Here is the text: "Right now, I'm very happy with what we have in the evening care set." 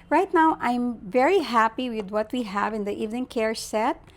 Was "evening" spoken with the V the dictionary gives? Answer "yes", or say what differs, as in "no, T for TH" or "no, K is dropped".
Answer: yes